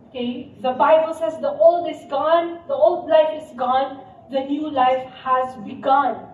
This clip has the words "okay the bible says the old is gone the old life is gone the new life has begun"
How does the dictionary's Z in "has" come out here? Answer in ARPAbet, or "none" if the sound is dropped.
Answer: Z